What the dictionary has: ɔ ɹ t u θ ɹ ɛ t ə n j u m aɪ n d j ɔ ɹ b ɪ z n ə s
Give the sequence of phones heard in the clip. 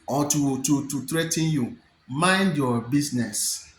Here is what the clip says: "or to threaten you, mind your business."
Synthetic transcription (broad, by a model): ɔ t t u t ɹ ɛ t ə n j u m aɪ n d j ɔ b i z n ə s